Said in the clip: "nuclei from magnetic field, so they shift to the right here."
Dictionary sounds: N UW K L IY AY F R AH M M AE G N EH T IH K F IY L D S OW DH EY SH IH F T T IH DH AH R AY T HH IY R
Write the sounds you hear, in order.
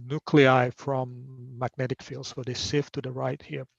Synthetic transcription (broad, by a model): N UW K L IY AY F R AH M M AE G N EH T IH K F IY L D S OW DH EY S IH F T T IH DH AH R AY T HH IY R